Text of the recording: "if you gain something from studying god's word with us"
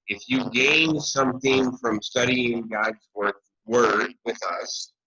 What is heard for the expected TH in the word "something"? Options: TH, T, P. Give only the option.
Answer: TH